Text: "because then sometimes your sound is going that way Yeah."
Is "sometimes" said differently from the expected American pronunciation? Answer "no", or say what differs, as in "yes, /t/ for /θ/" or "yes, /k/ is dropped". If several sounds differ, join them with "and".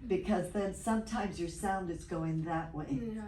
no